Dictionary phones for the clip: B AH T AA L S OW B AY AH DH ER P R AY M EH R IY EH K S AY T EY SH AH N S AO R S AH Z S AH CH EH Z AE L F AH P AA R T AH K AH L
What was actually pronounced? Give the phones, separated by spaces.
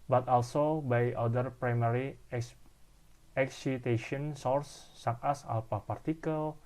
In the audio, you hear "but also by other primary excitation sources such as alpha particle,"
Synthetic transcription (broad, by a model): B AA T AA L S OW B AY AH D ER P R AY M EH R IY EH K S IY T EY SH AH N S AO R S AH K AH S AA L P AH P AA R T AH K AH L